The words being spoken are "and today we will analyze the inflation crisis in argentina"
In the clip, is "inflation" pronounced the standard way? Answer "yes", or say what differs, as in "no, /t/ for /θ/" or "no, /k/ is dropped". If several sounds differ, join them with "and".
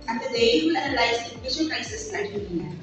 no, /l/ is dropped